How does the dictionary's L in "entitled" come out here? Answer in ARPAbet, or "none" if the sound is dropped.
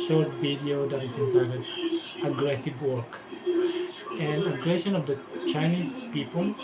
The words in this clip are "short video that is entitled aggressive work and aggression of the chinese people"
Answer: none